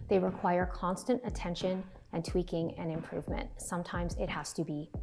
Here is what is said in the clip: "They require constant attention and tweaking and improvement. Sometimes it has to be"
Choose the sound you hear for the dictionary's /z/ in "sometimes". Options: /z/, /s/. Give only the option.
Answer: /z/